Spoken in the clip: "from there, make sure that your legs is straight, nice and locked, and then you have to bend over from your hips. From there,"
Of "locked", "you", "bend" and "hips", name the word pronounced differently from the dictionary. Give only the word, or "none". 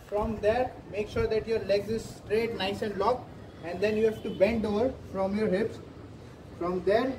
locked